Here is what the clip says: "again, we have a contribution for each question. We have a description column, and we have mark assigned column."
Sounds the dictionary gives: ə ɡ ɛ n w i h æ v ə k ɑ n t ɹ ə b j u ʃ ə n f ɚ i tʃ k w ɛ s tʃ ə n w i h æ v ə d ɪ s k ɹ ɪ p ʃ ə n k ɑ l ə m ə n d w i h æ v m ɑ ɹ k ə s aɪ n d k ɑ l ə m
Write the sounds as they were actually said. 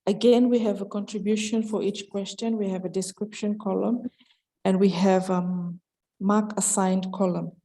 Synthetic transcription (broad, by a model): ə ɡ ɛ n w i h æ v ə k ɑ n t ɹ ə b j u ʃ ə n f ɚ i tʃ k w ɛ s tʃ ə n w i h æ v ə d ɪ s k ɹ ɪ p ʃ ə n k ɑ l ə m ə n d w i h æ v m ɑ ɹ k ə s aɪ n d k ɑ l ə m